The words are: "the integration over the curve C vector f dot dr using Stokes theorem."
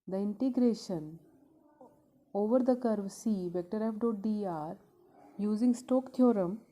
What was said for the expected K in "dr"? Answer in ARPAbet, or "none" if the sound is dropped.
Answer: none